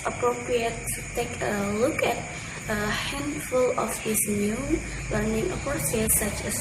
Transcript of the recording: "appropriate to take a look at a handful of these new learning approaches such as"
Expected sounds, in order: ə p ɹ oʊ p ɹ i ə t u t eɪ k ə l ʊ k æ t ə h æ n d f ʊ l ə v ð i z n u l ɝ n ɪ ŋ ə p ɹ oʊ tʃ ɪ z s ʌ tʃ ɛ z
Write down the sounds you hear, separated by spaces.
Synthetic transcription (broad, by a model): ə p ɹ oʊ p ɹ i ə t u t eɪ k ə l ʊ k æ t ə h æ n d f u l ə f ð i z n u l ɝ n ɪ ŋ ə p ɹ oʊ s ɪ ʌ s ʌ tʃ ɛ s